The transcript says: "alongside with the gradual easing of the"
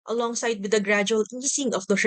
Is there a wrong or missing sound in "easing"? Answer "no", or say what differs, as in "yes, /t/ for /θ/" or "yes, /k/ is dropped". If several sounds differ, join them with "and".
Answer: yes, /s/ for /z/